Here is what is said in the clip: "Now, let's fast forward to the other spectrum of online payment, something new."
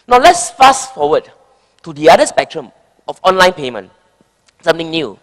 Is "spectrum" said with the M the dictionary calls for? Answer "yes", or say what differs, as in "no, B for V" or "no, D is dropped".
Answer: yes